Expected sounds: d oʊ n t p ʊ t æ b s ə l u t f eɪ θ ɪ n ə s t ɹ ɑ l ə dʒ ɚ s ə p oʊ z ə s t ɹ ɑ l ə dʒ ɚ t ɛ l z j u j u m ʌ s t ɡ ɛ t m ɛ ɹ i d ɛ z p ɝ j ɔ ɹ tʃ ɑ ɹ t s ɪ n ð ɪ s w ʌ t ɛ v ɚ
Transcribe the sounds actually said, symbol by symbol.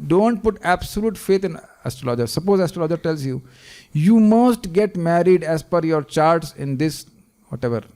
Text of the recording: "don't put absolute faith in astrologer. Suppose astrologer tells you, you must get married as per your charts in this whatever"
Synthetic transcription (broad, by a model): d oʊ n t p ʊ t æ b s ə l u t f eɪ t ɪ n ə s t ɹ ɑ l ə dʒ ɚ s ə p oʊ z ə s t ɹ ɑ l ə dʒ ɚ t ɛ l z j u j u m ʌ s t ɡ ɛ t m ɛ ɹ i d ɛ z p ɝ j ɔ ɹ tʃ ɑ ɹ t s ɪ n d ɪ s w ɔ t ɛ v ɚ